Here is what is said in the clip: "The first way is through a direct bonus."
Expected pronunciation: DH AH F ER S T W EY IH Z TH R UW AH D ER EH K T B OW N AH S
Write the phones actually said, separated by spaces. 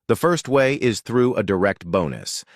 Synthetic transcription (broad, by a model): DH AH F ER S T W EY IH Z TH R UW AH D ER EH K T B OW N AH S